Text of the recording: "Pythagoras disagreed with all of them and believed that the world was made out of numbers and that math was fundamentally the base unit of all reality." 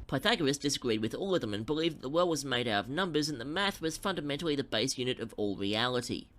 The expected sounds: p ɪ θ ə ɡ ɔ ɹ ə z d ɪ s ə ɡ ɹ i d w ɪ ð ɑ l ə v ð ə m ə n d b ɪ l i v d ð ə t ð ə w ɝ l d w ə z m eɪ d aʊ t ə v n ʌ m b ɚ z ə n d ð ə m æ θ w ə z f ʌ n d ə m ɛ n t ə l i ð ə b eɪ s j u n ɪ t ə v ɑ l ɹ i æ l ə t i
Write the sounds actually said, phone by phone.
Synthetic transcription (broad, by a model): p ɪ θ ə ɡ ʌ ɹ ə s d ɪ s ə ɡ ɹ i d w ɪ ð ɑ l ə v ð ə m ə n b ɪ l i v ð ə t ð ə w ɝ l d w ə z m eɪ d aʊ t ə v n ʌ m b ɚ z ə n ð ə m æ θ w ə z f ʌ n d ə m ɛ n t l i ð ə b eɪ s j u n ɪ t ə v ɑ l ɹ i æ l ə t i